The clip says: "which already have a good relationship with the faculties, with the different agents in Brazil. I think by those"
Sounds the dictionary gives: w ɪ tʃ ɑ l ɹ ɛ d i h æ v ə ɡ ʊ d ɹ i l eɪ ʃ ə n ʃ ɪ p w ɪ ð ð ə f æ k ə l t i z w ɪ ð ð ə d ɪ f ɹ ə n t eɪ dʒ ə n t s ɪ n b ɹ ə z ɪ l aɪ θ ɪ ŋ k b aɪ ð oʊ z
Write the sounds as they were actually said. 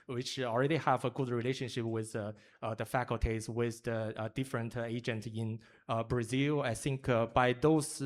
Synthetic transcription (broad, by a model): w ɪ tʃ ɑ l ɹ ɛ d i h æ v ə ɡ ʊ d ɹ i l eɪ ʃ ə n ʃ ɪ p w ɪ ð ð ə f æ k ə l t i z w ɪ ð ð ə d ɪ f ɹ ə n t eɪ dʒ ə n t ɪ n b ɹ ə z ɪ l aɪ θ ɪ ŋ k b aɪ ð oʊ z